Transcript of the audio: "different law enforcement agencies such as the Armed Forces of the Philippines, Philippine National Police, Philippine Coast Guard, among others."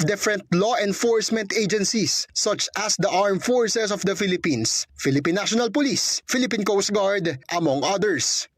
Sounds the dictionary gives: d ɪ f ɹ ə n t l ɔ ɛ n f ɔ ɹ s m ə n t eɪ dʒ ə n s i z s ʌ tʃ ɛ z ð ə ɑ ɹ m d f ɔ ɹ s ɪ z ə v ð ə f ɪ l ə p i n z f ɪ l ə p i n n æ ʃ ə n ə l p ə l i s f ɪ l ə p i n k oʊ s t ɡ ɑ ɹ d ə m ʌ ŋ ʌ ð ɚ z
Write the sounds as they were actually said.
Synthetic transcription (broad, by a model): d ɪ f ɹ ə n t l ɔ ɛ n f ɔ ɹ s m ə n t eɪ dʒ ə n s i s ʌ tʃ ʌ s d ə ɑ ɹ m f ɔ ɹ s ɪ s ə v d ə f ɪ l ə p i n s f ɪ l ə p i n n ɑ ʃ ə n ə l p ə l i s f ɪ l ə p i n k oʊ s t ɡ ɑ ɹ d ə m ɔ ŋ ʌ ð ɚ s